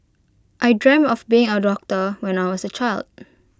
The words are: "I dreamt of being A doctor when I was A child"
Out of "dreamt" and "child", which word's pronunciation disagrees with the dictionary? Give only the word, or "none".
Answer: dreamt